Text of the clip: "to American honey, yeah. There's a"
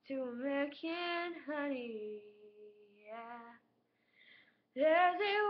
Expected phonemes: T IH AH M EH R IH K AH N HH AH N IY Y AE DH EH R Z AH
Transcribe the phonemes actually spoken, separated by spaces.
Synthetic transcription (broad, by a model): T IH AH M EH IH K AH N HH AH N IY Y AE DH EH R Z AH